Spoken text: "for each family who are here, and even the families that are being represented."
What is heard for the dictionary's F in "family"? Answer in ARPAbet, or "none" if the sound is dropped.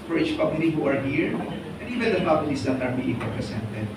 P